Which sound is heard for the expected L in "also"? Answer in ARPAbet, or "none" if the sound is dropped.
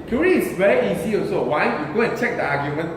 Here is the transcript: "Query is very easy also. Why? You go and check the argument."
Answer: none